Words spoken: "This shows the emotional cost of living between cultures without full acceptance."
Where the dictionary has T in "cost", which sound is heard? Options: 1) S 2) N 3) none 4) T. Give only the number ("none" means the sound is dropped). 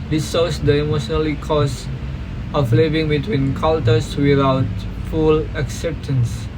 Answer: 3